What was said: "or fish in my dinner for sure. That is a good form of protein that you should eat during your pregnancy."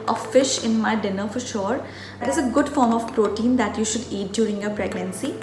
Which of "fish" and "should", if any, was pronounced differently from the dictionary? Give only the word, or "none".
none